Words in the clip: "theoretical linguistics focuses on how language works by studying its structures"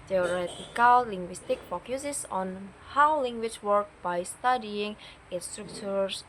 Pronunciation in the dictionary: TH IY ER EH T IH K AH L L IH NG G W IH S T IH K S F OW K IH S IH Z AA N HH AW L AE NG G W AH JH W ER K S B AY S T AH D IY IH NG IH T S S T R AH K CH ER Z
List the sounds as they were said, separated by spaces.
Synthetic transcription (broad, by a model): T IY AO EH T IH K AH L L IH NG G W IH S T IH K F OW K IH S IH S AA N HH AW L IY NG G W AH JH W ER K B AY S T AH D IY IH NG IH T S S T R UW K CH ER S